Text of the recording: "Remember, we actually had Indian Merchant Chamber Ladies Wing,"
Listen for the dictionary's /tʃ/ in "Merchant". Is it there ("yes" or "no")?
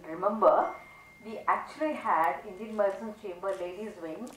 no